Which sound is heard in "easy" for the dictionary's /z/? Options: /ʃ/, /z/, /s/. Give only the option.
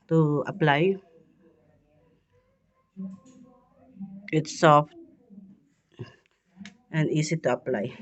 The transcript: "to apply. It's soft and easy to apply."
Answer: /s/